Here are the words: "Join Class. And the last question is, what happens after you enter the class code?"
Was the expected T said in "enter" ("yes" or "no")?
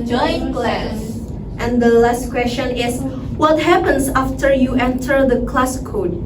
yes